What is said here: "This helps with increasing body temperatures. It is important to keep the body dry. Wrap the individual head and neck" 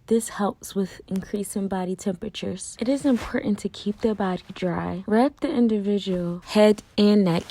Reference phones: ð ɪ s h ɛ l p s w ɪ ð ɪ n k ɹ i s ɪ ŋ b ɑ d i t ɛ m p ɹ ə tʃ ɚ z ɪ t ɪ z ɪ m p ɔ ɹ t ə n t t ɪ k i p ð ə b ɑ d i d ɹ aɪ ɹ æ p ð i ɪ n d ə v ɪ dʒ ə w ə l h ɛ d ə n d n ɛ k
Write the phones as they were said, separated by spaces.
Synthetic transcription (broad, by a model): ð ɪ s h ɛ l p s w ɪ ð ɪ n k ɹ i s ɪ ŋ b ɑ d i t ɛ m p ɹ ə tʃ ɚ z ɪ t ɪ z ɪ m p ɔ ɹ t n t t ɪ k i p ð ə b ɑ d i d ɹ aɪ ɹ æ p ð i ɪ n d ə v ɪ dʒ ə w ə l h ɛ d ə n n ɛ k